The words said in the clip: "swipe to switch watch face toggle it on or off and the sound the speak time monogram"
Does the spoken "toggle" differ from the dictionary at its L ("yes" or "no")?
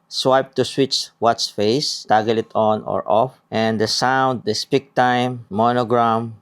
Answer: no